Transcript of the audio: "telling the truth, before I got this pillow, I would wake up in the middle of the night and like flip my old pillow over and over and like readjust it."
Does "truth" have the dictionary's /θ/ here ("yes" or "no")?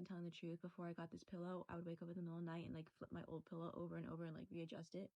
yes